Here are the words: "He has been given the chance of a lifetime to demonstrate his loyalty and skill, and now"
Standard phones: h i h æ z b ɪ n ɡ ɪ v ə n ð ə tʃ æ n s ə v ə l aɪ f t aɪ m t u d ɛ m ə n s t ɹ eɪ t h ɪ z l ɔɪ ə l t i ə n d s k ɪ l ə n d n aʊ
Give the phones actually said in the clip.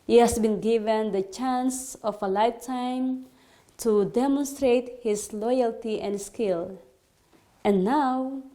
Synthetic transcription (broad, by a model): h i h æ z b ɪ n ɡ ɪ v ə n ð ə tʃ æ n s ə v ə l aɪ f t aɪ m t u d ɛ m ə n s t ɹ eɪ t h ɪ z l ɔɪ ə l t i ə n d s k ɪ l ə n n aʊ